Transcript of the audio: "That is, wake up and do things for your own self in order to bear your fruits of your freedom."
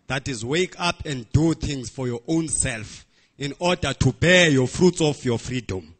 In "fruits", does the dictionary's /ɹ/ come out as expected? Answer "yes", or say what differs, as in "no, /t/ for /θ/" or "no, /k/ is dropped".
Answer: yes